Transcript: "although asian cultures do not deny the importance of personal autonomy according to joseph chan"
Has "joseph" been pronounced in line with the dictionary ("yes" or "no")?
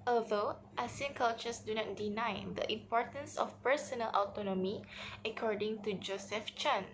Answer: yes